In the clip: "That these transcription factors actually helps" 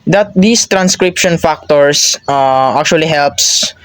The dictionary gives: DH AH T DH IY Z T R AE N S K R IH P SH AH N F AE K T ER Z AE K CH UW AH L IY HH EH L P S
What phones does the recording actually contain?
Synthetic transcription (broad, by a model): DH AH T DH IY S T R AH N S K R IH P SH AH N F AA K T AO S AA K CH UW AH L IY HH EH L P S